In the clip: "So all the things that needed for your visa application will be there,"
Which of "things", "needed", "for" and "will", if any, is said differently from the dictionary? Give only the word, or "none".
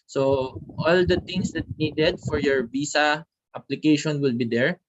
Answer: things